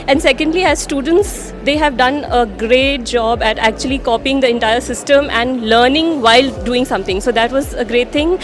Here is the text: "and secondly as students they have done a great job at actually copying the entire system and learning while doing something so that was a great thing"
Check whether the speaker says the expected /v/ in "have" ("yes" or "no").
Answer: yes